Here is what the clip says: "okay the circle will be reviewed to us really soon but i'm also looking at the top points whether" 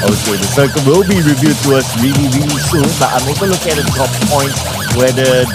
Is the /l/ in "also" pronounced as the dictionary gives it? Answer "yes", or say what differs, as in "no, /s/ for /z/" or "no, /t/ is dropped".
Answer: no, /l/ is dropped